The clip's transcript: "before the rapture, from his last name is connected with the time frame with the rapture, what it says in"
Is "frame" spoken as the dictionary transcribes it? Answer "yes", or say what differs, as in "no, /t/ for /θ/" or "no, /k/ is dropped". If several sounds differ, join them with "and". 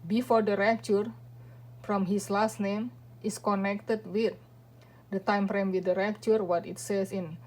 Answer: no, /p/ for /f/